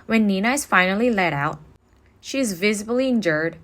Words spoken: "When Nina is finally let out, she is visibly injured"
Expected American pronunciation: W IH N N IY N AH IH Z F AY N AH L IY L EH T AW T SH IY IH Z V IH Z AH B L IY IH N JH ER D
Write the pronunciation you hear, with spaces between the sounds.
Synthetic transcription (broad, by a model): W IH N N IY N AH IH Z F AY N L IY L EH T AW T SH IY IH Z V IH Z AH B L IY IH N JH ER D